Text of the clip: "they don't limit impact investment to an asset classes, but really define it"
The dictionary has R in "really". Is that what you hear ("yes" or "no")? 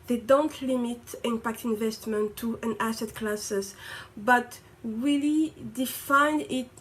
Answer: no